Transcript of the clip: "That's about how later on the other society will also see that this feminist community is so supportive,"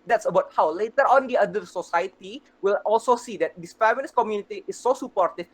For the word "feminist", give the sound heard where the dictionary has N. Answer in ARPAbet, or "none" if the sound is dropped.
L